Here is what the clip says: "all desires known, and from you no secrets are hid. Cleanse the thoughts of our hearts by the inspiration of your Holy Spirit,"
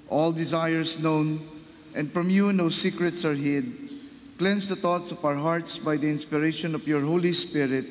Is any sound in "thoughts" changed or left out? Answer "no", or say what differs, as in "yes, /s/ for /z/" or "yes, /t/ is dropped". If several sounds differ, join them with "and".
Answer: yes, /t/ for /θ/